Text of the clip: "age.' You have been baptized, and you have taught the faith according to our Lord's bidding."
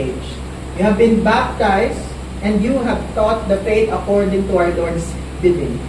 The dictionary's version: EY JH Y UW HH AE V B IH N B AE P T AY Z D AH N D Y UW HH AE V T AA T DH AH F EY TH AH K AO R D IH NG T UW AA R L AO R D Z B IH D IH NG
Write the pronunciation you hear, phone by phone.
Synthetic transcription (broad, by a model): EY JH Y UW HH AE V B IH N B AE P T AY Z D AH N D Y UW HH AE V T AA T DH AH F EY T AH K AO R D IH NG T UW AA R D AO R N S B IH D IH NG